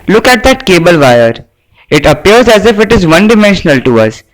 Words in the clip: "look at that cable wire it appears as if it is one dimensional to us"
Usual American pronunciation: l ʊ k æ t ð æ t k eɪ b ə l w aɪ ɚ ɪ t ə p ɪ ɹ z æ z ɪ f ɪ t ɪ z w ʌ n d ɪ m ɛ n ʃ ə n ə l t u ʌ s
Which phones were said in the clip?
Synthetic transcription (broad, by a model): l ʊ k æ t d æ t k eɪ b ə l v aɪ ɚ ɪ t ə p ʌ ɹ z æ z ɪ f ɪ t ɪ z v ʌ n d ɪ m ɛ n ʃ ə n ə l t u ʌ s